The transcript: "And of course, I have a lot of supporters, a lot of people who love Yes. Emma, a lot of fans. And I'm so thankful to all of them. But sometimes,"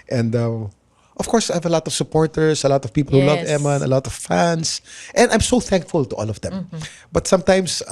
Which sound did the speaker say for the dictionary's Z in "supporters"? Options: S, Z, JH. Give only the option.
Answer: S